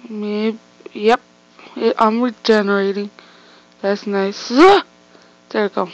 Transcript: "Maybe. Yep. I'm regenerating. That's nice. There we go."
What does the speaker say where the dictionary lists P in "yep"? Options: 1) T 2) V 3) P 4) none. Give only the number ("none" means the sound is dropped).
3